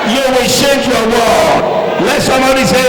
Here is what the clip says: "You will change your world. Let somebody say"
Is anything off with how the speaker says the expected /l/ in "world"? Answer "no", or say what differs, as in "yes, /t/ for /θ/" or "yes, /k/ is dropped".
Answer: yes, /l/ is dropped